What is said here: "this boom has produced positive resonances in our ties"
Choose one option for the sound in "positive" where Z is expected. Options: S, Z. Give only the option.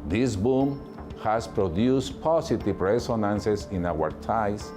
S